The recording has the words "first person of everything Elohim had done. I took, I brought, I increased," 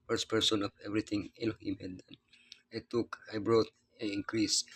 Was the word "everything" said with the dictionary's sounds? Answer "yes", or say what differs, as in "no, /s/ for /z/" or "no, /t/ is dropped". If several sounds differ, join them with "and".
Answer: no, /t/ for /θ/